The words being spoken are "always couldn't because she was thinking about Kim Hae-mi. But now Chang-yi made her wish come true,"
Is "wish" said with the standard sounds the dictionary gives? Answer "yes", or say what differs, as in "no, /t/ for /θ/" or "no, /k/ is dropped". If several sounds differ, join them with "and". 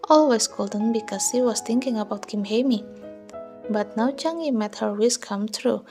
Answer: no, /s/ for /ʃ/